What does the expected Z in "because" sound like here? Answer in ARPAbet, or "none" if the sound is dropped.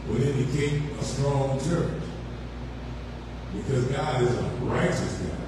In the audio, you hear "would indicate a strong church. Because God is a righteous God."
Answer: Z